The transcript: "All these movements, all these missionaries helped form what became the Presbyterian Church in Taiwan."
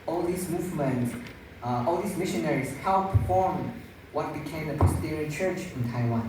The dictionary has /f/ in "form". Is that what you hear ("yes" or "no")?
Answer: yes